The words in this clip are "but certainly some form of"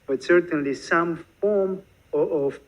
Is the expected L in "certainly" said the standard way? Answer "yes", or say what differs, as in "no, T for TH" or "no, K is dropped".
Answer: yes